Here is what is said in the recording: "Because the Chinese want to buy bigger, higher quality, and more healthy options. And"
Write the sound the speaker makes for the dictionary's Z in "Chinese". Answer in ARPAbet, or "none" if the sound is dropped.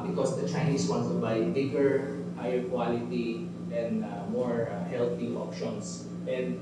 S